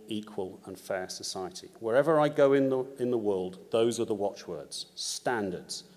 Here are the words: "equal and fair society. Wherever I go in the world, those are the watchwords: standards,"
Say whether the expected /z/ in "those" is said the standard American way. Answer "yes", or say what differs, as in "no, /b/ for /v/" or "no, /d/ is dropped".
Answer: yes